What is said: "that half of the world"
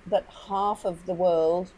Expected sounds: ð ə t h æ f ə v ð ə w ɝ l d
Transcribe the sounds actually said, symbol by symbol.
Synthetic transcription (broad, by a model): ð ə t h æ f ə v ð ə w ɝ l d